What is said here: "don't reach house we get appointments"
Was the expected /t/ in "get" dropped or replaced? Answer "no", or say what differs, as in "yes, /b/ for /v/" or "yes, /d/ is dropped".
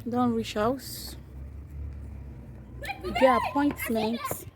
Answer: yes, /t/ is dropped